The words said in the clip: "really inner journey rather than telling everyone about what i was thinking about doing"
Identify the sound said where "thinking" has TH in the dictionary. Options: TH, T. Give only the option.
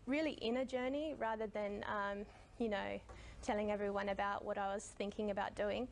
TH